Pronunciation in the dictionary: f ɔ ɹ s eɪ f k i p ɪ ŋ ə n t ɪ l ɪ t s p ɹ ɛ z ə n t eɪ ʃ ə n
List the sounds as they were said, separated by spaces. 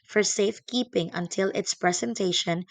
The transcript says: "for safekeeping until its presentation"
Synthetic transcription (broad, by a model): f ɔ ɹ s eɪ f k i p ɪ ŋ ə n t ɪ l ɪ t s p ɹ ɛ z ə n t eɪ ʃ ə n